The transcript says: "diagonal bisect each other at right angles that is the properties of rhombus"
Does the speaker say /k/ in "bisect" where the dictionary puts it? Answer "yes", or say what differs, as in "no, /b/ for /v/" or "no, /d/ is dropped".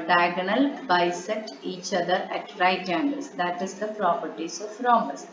no, /k/ is dropped